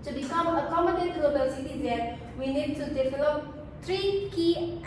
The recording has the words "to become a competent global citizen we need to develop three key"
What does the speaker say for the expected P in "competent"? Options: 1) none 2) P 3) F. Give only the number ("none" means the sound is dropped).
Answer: 1